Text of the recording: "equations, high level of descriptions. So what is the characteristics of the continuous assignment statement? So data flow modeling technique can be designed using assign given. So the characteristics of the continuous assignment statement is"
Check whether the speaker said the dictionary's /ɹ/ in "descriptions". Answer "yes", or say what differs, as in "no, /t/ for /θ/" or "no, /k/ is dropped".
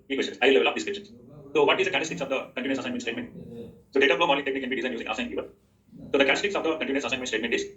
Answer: no, /ɹ/ is dropped